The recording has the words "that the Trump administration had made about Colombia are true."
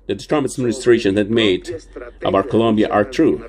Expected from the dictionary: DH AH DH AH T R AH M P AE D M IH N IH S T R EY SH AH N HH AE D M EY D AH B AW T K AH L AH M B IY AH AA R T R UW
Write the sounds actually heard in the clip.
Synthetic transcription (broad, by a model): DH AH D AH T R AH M AE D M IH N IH S T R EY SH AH N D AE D M EY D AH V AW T K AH L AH M B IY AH AA R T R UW